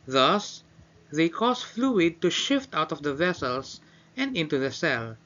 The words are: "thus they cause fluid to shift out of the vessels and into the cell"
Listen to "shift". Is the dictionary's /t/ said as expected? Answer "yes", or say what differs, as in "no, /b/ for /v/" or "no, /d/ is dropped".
yes